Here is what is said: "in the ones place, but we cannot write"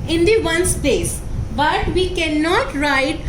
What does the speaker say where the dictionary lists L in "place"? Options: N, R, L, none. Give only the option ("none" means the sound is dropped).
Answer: none